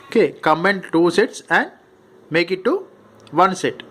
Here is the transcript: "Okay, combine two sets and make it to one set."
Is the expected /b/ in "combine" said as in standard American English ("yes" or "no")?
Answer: no